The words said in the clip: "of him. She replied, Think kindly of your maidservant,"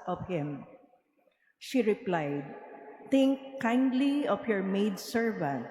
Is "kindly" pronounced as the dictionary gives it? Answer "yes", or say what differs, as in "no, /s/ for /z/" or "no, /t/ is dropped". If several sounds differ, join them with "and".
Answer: yes